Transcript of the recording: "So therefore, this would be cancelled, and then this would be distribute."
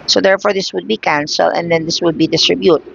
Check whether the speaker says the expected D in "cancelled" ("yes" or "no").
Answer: no